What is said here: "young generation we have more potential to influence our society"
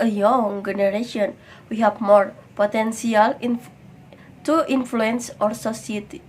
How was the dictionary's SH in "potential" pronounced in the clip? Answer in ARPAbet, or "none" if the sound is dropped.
S